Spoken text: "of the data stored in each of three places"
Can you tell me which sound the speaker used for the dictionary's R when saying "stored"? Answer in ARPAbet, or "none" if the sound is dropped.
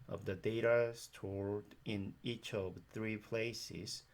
R